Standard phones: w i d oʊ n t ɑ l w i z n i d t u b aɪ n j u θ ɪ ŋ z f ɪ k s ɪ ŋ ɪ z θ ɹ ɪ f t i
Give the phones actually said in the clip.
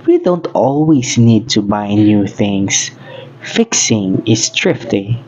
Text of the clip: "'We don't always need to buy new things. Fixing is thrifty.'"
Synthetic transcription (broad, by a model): w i d oʊ n t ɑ l w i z n i d t u b aɪ n j u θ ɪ ŋ s f ɪ k s ɪ ŋ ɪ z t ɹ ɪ f t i